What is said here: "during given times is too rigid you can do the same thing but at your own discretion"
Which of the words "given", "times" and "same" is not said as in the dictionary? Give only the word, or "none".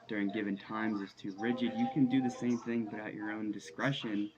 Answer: none